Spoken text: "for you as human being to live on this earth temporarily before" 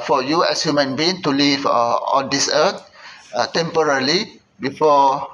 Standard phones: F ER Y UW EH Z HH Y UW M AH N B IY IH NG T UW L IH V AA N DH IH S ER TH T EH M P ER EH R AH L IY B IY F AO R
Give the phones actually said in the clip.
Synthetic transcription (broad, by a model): F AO Y UW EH S HH Y UW M AH N B IY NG T UW L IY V AA N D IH S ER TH T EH M P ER R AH L IY B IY F AO